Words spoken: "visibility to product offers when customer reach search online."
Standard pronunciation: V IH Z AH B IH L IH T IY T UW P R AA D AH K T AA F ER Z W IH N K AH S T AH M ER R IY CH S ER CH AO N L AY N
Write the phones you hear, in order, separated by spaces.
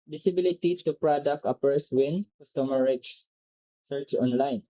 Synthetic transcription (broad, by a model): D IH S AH B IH L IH T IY T UW P R AA D AH K T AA P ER S W IH N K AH S T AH M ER R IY S S ER CH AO N L AY N